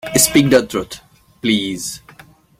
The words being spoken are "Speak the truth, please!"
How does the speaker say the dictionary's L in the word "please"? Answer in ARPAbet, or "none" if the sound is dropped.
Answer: L